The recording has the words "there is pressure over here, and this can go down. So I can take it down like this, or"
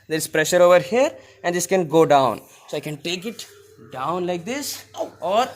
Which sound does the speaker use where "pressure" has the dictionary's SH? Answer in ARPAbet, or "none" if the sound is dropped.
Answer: SH